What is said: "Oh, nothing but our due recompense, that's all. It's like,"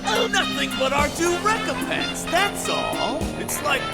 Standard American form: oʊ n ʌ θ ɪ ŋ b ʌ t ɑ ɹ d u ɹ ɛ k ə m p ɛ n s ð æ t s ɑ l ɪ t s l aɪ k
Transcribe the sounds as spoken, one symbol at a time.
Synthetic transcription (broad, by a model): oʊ n ʌ θ ɪ ŋ b ʌ t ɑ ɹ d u ɹ ɛ k ə m p ɛ n s ð æ t s ɑ l ɪ t s l aɪ k